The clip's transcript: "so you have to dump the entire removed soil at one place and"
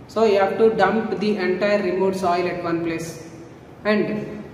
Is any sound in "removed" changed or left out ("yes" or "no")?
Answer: yes